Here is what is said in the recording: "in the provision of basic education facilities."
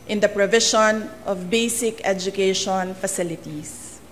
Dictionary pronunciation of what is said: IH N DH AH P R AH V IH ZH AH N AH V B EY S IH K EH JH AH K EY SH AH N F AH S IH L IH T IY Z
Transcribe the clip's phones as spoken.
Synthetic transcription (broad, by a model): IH N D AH P R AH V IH SH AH N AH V B EY S IH K EH JH AH K EY SH AH N F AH S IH L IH T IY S